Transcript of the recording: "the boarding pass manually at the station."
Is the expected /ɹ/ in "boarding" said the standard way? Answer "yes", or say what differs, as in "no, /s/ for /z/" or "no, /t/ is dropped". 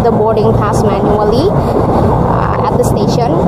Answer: yes